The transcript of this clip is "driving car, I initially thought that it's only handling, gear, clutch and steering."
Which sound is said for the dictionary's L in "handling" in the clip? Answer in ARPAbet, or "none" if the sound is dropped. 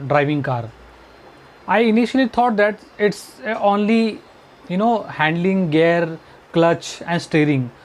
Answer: L